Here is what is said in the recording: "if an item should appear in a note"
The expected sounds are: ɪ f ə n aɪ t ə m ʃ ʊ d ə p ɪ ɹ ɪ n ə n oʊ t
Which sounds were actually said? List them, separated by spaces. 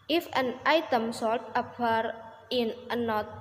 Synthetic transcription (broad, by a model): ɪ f ə n aɪ t ə m s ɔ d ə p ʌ ɹ ɪ n ə n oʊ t